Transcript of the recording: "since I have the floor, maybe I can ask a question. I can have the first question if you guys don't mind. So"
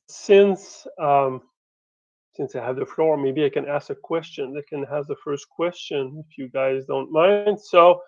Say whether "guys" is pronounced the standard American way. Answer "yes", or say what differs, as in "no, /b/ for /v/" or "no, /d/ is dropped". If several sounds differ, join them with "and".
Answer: yes